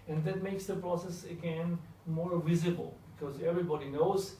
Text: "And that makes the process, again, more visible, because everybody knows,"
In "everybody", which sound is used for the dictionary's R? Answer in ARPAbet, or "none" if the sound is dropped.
R